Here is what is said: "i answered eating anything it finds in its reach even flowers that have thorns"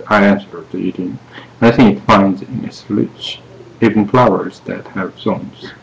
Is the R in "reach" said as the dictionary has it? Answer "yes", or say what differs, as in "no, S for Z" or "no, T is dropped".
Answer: no, L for R